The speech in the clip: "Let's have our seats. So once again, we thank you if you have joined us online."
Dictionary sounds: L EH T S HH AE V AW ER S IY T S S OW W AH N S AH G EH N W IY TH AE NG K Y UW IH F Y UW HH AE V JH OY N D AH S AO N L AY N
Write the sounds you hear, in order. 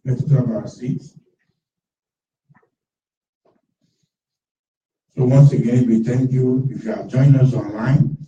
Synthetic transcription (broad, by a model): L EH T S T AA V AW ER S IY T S S OW W AH N S AH G EH N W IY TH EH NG K Y UW IH F Y UW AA JH OY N AH S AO N L AY N